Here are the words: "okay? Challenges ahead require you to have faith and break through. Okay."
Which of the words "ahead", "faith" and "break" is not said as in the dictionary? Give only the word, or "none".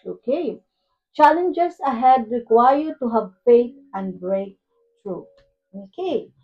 faith